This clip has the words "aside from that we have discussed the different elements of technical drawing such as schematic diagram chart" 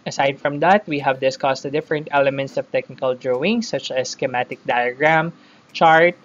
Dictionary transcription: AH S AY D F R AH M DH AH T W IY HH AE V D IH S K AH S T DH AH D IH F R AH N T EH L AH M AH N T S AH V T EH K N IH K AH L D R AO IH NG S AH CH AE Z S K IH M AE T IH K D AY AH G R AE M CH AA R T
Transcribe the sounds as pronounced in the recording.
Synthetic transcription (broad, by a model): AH S AY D F R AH M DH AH T W IY HH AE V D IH S K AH S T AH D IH F R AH N T EH L AH M AH N T S AH V T EH K N IH K AH L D R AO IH NG S AH CH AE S K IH M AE T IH K D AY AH G R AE M CH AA R T